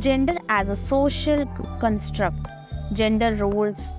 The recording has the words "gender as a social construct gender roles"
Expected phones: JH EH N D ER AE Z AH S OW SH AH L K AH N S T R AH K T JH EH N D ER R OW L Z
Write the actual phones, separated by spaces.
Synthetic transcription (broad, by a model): JH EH N D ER AE Z AH S OW SH AH L K AH N S T R AH K T JH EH N D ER R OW L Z